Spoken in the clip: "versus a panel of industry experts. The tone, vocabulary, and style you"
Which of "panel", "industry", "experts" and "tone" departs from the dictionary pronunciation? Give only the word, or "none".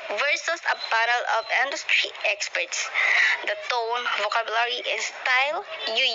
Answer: panel